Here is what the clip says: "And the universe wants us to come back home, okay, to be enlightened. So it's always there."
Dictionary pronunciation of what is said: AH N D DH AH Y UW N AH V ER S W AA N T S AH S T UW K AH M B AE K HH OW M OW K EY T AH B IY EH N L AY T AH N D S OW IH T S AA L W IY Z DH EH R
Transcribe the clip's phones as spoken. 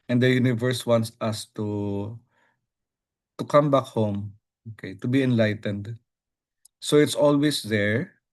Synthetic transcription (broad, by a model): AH N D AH Y UW N AH V ER S W AA N T S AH S T UW K AH M B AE K HH OW M OW K EY T AH B IY EH N L AY T AH N D S OW IH T S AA L W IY S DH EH R